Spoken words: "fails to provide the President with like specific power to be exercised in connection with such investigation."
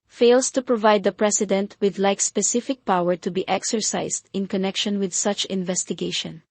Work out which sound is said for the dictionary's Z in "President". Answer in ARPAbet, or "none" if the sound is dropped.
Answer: S